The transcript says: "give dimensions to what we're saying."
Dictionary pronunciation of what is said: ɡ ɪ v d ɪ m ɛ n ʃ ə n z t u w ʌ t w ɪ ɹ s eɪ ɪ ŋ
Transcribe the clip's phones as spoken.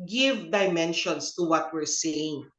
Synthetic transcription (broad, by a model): ɡ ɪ v d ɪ m ɛ n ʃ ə n s t u w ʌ t w ɪ ɹ s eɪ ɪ ŋ